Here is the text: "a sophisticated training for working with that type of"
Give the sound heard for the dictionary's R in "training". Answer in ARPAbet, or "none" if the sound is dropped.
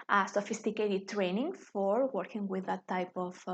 R